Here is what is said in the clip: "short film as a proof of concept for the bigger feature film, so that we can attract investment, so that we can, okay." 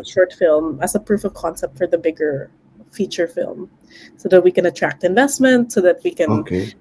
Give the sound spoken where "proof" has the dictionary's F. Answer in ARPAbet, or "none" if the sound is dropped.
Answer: F